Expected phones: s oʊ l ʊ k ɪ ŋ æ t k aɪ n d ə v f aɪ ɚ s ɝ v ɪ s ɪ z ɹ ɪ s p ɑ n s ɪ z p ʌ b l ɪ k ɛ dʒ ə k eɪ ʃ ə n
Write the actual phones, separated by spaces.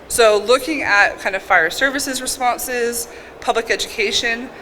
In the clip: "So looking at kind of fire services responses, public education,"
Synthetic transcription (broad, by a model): s oʊ l ʊ k ɪ ŋ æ t k aɪ n d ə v f aɪ ɚ s ɝ v ɪ s ɪ z ɹ ɪ s p ɑ n s ɪ z p ʌ b l ɪ k ɛ dʒ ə k eɪ ʃ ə n